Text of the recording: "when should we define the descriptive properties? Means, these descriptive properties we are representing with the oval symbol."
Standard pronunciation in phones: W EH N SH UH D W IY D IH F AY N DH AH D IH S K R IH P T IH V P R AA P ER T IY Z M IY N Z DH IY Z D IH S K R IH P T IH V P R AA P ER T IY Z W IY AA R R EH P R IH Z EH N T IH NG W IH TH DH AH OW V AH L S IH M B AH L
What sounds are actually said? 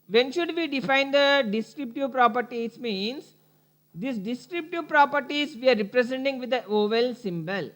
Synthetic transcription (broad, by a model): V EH N SH UH D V IY D IH F AY N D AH D IH S K R IH P T IH V P R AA P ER T IY S M IY N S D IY S D IH S K R IH P T IH V P R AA P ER T IY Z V IY AA R R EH P R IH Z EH N T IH NG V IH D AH OW V AH L S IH M B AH L